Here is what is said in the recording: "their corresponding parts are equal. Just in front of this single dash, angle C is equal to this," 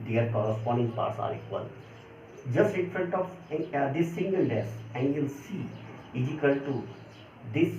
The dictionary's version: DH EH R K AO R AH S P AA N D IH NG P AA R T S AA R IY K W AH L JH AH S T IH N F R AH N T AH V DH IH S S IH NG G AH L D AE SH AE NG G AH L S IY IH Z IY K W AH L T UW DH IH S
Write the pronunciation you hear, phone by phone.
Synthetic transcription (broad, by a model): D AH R K AO R AH S P AA N D IH NG P AA R T S AA R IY K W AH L JH AH S T IH N F R AH N T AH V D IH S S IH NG G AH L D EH S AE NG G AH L S IY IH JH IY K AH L T UW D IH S